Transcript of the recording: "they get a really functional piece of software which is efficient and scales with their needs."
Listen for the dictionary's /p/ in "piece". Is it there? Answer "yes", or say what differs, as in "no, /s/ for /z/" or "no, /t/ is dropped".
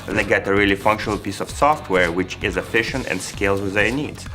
yes